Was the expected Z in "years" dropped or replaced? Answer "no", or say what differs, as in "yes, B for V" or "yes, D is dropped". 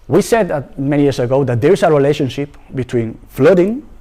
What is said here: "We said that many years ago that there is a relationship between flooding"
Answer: yes, S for Z